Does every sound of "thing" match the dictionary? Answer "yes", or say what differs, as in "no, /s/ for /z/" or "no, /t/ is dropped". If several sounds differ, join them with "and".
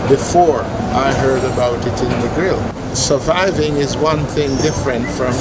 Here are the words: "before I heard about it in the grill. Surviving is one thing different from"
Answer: yes